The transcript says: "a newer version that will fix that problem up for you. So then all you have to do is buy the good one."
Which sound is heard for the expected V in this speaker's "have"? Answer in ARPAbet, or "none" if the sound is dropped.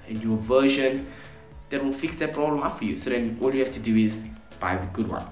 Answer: F